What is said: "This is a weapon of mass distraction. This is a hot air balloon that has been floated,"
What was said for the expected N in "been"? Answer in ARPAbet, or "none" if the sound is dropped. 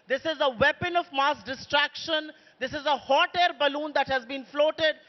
N